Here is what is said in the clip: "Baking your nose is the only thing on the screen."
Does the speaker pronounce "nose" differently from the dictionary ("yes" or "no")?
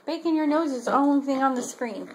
no